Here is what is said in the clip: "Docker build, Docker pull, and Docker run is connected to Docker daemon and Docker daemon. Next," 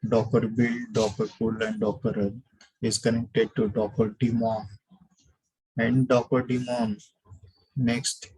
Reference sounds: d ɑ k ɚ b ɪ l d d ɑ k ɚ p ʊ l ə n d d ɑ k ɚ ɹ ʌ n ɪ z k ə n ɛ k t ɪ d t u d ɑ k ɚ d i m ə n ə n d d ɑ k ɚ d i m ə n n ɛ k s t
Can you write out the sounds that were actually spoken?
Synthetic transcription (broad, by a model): d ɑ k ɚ b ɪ l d d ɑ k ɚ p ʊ l ə n d d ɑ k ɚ ɹ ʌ l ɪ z k ə n ɛ k t ɪ d t u d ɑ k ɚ d i m ə n ə n d d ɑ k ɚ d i m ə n n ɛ k s t